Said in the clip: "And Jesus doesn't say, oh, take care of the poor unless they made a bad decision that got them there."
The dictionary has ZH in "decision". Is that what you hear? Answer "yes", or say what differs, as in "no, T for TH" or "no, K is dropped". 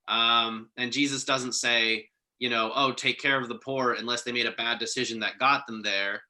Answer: yes